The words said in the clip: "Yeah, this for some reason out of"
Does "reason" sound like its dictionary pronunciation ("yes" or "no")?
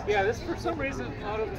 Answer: yes